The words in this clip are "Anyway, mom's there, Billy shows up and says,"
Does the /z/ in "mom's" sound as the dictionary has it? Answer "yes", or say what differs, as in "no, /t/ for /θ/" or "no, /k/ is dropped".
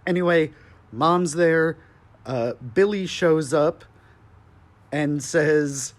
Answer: yes